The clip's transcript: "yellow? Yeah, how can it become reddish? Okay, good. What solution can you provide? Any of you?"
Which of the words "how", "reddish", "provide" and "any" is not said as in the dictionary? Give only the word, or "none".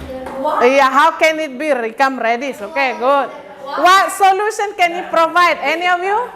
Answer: reddish